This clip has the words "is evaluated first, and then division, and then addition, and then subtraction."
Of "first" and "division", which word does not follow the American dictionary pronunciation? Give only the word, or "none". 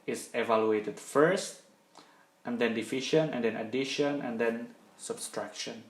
division